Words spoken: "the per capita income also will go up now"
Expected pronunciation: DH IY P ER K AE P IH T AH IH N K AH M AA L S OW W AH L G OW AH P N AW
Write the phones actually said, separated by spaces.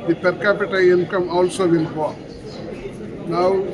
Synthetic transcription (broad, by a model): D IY P ER K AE P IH T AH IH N K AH M AA L S OW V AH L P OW N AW